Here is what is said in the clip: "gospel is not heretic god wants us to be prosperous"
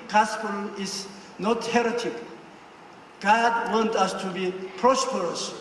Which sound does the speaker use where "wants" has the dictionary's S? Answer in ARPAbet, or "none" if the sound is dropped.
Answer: none